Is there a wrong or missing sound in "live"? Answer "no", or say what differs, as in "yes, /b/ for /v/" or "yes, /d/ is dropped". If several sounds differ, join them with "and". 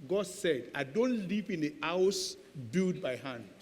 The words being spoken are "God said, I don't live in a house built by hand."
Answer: yes, /p/ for /v/